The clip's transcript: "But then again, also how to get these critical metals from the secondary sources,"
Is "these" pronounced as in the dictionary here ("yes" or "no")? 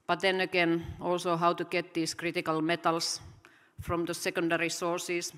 no